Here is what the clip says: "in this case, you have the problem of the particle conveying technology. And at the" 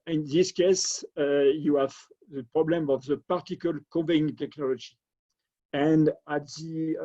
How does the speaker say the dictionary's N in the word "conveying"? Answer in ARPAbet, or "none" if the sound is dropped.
none